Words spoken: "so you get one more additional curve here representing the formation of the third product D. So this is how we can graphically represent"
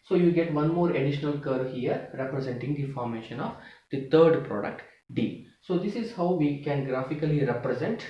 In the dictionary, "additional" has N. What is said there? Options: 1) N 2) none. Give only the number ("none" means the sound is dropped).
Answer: 1